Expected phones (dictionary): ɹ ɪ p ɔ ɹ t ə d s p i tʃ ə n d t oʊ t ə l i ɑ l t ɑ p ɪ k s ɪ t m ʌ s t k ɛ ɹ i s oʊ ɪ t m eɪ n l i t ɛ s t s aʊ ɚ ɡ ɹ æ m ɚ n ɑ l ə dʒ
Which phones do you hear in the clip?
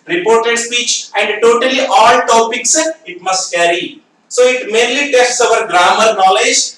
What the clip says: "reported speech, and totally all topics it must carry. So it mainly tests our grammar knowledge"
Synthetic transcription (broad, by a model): ɹ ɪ p ɔ ɹ t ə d s p i tʃ ə n d t oʊ t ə l i ɑ l t ɑ p ɪ k s ɪ t m ʌ s t k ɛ ɹ i s oʊ ɪ t m eɪ n l i t ɛ s t s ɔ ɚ ɡ ɹ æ m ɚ n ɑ l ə dʒ